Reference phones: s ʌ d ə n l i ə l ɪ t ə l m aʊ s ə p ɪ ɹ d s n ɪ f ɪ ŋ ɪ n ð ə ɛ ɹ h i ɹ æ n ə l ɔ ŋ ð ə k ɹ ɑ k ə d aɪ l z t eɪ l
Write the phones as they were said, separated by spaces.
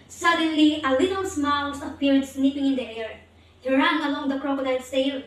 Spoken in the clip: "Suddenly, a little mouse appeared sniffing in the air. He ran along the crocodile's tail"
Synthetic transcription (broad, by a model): s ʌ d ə n l i ə l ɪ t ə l m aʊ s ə p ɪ ɹ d s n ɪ p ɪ ŋ ɪ n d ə ɛ ɹ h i ɹ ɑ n ə l ɔ ŋ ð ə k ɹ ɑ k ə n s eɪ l